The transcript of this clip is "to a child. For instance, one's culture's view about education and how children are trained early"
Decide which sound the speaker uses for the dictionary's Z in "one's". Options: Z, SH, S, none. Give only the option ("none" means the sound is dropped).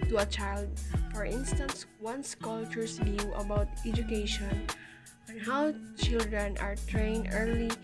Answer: S